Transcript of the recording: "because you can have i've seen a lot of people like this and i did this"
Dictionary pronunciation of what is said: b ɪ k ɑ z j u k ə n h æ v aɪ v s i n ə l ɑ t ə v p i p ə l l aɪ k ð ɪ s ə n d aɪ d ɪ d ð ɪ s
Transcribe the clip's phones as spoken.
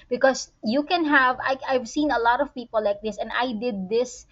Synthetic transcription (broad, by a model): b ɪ k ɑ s j u k ə n h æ v aɪ v s i n ə l ɑ t ə v p i p ə l l aɪ k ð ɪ s ə n d aɪ d ɪ d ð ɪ s